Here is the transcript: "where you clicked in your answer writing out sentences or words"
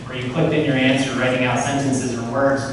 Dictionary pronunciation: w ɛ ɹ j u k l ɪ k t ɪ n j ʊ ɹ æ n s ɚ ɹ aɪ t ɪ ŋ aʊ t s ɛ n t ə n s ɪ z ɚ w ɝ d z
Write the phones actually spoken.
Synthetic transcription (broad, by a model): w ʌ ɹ j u k l ɪ k t ɪ n j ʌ ɹ æ n s ɚ ɹ aɪ t ɪ ŋ aʊ t s ɛ n t ə n s ɪ z ɚ w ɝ d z